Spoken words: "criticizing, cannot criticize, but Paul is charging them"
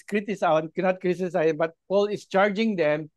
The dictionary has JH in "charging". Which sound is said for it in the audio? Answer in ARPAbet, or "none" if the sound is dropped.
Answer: JH